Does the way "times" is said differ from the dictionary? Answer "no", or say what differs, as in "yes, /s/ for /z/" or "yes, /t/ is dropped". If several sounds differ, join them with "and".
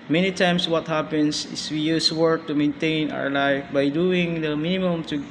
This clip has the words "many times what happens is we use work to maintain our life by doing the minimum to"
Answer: yes, /s/ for /z/